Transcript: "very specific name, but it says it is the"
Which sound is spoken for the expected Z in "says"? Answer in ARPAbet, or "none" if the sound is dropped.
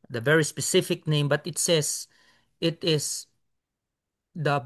S